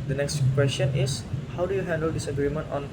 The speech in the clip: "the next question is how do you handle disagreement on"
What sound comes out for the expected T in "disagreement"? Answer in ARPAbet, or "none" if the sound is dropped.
T